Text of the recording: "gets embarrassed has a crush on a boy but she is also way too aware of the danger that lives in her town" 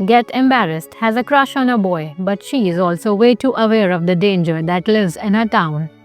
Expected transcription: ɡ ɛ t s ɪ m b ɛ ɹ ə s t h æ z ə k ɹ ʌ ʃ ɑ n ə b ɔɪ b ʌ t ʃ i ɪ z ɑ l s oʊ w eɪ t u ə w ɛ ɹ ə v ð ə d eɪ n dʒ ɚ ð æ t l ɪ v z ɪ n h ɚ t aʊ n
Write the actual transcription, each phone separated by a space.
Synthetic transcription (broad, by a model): ɡ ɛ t ɪ m b ɛ ɹ ə s t h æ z ə k ɹ ʌ ʃ ɑ n ə b ɔɪ b ʌ t ʃ i ɪ z ɑ l s oʊ w eɪ t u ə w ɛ ɹ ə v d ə d eɪ n dʒ ɚ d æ t l ɪ v z ɪ n h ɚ t aʊ n